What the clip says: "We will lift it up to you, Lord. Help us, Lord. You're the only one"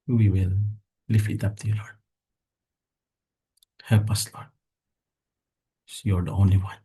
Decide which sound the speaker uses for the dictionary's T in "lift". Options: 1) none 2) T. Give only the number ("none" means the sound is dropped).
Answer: 1